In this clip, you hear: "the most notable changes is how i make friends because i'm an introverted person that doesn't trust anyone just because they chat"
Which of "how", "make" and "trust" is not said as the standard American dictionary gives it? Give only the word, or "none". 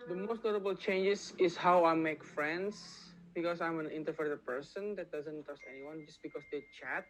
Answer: trust